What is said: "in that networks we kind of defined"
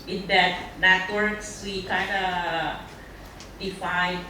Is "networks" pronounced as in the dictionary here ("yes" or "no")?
yes